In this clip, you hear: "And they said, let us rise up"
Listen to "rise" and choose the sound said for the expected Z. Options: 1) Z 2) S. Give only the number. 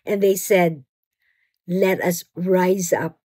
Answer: 1